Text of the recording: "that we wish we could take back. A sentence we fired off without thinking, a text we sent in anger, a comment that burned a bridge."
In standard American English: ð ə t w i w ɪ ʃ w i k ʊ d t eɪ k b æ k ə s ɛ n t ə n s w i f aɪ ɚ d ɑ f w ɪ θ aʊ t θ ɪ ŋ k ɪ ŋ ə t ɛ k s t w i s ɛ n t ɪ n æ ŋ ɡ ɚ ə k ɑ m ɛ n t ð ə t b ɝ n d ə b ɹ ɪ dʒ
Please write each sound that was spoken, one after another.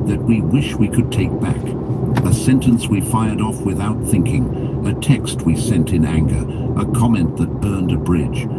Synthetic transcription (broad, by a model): ð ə t w i w ɪ ʃ w i k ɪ d t eɪ k b æ k ə s ɛ n t ə n s w i f aɪ ɚ d ɑ f w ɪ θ aʊ t θ ɪ ŋ k ɪ ŋ ə t ɛ k s t w i s ɛ n t ɪ n æ ŋ ɡ ɚ ə k ɑ m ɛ n ð ə t b ɝ n d ə b ɹ ɪ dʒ